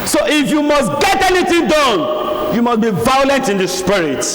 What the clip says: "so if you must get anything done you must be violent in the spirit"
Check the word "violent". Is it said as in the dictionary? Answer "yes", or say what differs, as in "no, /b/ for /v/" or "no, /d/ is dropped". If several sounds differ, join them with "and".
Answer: yes